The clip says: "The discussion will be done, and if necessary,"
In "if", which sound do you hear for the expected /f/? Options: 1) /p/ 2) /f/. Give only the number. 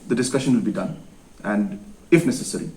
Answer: 2